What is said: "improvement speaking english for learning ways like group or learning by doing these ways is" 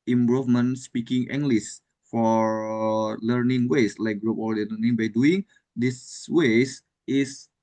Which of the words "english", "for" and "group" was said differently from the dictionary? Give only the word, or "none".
english